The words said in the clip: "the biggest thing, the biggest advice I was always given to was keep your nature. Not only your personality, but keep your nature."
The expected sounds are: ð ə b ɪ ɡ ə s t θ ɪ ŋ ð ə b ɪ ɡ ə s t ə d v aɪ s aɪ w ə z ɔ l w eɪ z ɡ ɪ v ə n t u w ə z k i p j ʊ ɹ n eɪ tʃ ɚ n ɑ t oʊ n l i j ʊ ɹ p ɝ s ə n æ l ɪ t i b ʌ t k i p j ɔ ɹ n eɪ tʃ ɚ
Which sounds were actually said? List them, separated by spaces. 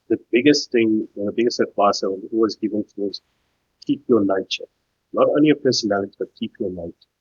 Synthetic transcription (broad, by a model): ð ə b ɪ ɡ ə s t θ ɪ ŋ ð ə b ɪ ɡ ə s t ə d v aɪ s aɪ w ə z ɔ l w eɪ z ɡ ɪ v ə n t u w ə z k i p j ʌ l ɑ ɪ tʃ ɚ n ɑ t oʊ n l i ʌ p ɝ s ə n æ l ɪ t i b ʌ t k i p j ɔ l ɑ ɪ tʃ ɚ